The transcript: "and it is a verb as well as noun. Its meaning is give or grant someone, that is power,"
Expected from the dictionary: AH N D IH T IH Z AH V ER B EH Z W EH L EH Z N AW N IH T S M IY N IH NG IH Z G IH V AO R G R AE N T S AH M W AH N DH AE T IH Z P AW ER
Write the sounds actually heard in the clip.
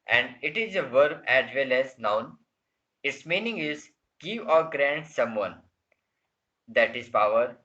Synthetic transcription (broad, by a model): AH N D IH T IH Z AH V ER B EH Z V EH L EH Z N AW N IH T S M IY N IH NG IH Z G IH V AO R G R AE N T S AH M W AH N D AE T IH Z P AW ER